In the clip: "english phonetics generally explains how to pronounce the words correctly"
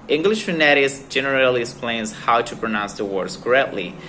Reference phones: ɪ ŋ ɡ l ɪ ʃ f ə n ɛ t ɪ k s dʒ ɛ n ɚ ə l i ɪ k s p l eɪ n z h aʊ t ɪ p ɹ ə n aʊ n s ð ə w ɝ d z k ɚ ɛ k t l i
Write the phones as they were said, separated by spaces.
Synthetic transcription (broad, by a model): ɪ ŋ ɡ l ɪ ʃ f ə n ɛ t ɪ s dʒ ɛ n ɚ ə l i ɪ k s p l eɪ n z h aʊ t ɪ p ɹ ə n aʊ n s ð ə w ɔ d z k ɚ ɛ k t l i